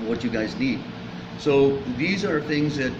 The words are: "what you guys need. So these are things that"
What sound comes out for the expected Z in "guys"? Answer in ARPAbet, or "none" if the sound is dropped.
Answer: Z